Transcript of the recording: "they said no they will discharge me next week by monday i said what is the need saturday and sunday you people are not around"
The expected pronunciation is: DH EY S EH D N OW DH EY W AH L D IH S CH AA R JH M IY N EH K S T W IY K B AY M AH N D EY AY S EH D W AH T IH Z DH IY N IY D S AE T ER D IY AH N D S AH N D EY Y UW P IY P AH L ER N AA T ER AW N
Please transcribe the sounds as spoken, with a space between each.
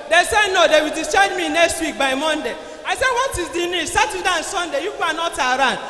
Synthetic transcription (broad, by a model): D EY S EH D N OW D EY W AH L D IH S AA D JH M IY N EH K S T W IY K B AY M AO N D EY AY S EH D W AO T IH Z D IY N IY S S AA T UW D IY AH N S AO N D EY Y UW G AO AH N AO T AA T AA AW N